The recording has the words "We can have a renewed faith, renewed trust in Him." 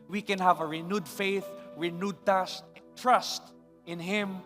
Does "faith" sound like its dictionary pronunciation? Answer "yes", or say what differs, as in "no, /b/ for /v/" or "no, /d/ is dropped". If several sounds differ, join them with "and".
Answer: yes